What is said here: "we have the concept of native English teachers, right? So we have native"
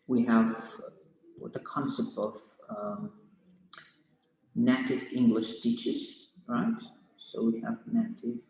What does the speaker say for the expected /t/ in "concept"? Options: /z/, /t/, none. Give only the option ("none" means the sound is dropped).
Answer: /t/